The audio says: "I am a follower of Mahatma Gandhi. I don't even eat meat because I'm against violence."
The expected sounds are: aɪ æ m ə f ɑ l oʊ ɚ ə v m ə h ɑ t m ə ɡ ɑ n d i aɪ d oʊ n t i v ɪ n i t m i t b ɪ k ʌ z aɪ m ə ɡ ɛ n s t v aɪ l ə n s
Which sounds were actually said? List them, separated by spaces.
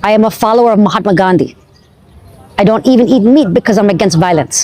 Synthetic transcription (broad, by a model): aɪ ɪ m ə f ɑ l oʊ ɚ ə v m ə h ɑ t m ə ɡ ɑ n d i aɪ d oʊ n t i v ɪ n i t m i t b ɪ k ʌ z aɪ m ə ɡ ɛ n s t v aɪ l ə n s